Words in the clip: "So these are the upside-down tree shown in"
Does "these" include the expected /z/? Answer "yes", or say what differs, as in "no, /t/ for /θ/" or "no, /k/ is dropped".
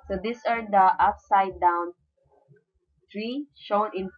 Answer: no, /s/ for /z/